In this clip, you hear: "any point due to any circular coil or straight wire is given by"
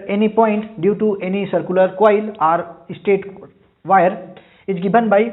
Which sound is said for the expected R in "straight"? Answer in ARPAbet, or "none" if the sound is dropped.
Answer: none